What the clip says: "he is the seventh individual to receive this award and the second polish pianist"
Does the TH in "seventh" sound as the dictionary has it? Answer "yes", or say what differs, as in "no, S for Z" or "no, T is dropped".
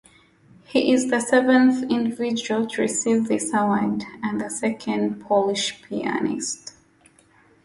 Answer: yes